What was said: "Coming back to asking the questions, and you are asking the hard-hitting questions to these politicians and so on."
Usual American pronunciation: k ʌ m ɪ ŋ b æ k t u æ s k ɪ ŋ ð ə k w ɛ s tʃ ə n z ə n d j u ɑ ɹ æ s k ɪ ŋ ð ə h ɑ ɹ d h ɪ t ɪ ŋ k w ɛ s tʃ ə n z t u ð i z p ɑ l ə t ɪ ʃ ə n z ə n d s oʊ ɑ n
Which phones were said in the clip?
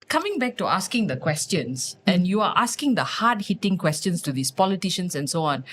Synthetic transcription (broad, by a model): k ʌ m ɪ ŋ b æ k t u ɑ s k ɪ ŋ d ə k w ɛ s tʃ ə n s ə n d j u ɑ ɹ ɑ s k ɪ ŋ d ə h ɑ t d h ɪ t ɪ ŋ k w ɛ s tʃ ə n s t u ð i s p ɑ l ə t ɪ ʃ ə n s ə n s oʊ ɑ n